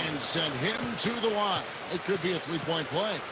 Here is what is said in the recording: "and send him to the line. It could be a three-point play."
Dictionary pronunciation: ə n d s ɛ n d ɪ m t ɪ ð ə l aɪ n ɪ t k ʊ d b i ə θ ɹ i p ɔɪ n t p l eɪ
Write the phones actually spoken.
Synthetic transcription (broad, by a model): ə n s ɛ n d ɪ m t ɪ ð ə w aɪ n ɪ t k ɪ d b i ə θ ɹ i p ɔɪ n p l eɪ